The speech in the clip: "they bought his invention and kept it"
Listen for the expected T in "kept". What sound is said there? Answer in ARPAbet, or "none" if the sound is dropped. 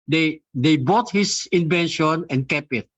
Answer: none